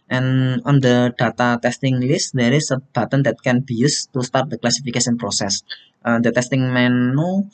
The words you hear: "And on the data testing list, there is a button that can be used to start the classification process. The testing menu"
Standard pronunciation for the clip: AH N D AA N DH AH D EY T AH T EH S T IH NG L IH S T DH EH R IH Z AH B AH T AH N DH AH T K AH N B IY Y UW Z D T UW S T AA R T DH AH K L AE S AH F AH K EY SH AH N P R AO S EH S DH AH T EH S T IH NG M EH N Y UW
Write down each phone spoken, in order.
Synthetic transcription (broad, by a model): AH N AA N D AH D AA T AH T EH S T IH NG L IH S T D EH R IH S AH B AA T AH N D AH T K AH N B IY Y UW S T UW S T AA R T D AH K L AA S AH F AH K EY S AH N P R AO S EH S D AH T EH S T IH NG M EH N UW